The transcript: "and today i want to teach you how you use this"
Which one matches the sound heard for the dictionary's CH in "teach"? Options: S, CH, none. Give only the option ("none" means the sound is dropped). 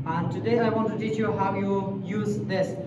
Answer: CH